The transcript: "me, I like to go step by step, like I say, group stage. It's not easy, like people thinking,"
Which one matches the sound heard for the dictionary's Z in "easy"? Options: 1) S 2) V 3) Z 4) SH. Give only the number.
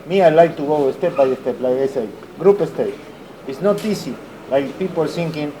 1